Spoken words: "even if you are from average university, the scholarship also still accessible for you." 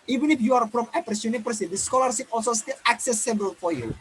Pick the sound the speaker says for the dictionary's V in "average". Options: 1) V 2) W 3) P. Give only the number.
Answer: 3